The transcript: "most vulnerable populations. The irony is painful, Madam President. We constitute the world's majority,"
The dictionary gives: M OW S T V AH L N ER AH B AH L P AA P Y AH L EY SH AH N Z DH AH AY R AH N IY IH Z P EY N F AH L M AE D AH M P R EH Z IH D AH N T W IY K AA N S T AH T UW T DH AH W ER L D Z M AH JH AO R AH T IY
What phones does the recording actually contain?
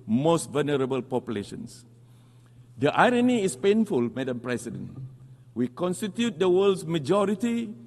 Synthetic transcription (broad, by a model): M OW S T V AH L N ER AH B AH L P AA P Y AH L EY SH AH N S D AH AY R AH N IY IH S P EY N F AH L M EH D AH M P R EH S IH D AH N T W IY K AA N S T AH T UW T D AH W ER L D S M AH JH AO R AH T IY